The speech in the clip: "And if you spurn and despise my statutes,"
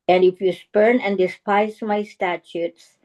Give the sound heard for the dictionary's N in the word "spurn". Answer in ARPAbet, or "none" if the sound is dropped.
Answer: N